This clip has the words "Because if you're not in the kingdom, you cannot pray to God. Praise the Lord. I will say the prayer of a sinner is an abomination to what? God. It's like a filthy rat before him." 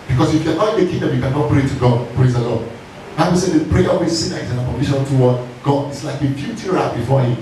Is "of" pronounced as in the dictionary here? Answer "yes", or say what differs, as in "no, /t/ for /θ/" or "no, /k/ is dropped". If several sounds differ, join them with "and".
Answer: no, /w/ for /v/